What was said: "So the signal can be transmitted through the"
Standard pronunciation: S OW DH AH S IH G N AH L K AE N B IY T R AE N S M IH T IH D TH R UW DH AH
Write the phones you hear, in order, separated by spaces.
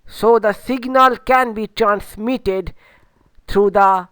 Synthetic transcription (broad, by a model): S OW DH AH S IH G N AH L K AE N B IY T R AE N S M IH T IH D T R UW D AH